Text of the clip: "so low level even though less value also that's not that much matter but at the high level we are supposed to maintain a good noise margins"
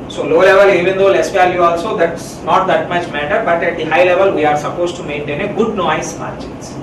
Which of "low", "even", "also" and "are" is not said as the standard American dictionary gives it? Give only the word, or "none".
none